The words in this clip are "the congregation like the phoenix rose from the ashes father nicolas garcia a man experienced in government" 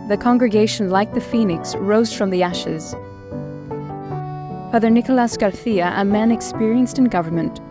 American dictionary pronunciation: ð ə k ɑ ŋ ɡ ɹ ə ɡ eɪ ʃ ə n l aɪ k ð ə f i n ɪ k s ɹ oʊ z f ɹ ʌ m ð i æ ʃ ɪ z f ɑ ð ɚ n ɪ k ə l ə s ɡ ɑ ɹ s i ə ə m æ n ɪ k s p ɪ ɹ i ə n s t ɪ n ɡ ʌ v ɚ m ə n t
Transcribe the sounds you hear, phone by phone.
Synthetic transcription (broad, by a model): ð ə k ɑ ŋ ɡ ɹ ə ɡ eɪ ʃ ə n l aɪ k ð ə f i n ɪ k s ɹ oʊ z f ɹ ʌ m ð i æ ʃ ɪ z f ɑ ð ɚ n ɪ k ə l ə s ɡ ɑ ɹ θ i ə ə m æ n ɪ k s p ɪ ɹ i ə n s t ɪ n ɡ ʌ v ɚ m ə n t